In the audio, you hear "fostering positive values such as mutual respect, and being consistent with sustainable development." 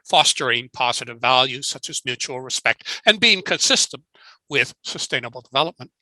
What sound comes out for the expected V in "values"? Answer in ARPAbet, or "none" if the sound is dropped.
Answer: V